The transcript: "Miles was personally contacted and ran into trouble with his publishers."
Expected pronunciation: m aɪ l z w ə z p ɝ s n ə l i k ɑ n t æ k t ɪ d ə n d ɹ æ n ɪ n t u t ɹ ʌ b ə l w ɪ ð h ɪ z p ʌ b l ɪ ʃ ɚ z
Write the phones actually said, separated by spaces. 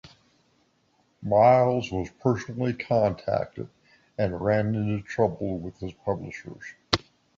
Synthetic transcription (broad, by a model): m aɪ l z w ə z p ɝ s n l i k ɑ n t æ k t ɪ d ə n ɹ æ n ɪ n t u t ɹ ʌ b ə l w ɪ ð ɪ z p ʌ b l ɪ ʃ ɚ z